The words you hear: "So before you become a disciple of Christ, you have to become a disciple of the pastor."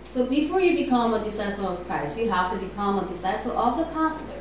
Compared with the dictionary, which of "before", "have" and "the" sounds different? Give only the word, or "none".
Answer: have